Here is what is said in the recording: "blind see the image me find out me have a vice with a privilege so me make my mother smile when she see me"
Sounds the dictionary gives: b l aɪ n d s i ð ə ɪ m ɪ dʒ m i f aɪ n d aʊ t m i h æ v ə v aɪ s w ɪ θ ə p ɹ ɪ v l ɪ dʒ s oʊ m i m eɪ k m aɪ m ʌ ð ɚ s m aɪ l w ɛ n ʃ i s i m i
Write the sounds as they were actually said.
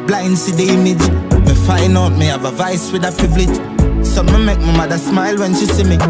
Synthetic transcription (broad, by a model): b l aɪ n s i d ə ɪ m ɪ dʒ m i f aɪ n aʊ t m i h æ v ə v aɪ s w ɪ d ə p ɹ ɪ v l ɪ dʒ s oʊ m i m eɪ k m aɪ m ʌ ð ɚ s m aɪ l w ɛ n ʃ i s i m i